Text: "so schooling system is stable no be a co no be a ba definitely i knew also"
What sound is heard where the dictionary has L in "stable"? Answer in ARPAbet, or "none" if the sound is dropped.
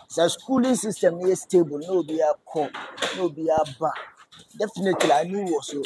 L